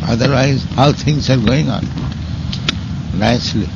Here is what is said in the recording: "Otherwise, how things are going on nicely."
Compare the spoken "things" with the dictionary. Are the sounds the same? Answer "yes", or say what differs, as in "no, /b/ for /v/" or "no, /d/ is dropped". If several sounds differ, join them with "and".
no, /t/ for /θ/